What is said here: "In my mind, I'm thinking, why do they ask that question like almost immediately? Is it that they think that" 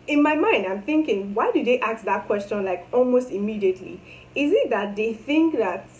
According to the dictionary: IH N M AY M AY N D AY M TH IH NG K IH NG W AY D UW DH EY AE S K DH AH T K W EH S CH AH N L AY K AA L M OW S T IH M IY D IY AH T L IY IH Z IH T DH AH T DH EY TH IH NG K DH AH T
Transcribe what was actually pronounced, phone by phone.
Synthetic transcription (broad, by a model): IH N M AY M AY N D AY M TH IH NG K IH NG W AY D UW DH EY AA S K DH AH T K W EH S CH AH N L AY K AA L M OW S T IH M IY D IY AH T L IY IH Z IH T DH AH T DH EY TH IH NG K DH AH T